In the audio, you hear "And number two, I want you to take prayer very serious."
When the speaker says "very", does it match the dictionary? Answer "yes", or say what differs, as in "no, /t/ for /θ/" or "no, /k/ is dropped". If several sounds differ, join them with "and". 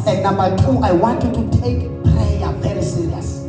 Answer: no, /p/ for /v/